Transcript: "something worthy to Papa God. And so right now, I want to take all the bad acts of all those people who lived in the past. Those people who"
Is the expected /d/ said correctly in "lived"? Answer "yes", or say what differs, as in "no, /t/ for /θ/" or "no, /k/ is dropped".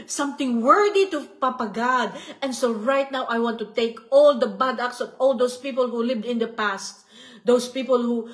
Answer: yes